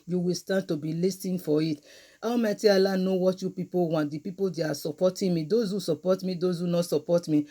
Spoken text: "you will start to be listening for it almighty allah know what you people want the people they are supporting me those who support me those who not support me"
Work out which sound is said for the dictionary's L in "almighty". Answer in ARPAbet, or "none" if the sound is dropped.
W